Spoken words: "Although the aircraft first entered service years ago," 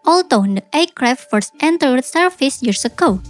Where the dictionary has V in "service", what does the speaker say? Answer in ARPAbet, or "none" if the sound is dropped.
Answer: F